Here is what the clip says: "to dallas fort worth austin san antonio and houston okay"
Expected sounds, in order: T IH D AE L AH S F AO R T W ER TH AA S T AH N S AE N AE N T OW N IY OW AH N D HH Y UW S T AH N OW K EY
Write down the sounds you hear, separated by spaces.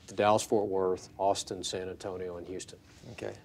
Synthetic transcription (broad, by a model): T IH D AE L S F AO R T W ER TH AA S T AH N S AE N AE N T OW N IY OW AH N HH Y UW S T AH N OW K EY